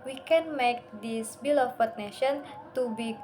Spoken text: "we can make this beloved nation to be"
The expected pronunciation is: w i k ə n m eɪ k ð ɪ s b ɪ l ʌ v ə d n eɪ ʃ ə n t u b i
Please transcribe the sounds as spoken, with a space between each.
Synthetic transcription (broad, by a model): w i k ə n m eɪ k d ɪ s b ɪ l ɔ p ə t n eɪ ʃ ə n t u b i